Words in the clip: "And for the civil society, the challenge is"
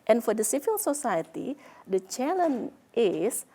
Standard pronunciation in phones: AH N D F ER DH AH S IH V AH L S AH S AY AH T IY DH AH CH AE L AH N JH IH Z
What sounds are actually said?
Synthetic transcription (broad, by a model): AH N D F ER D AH S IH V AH L S AH S AY AH T IY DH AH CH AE L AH N IH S